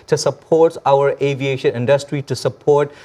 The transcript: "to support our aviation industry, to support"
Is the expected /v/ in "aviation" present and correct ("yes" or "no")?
yes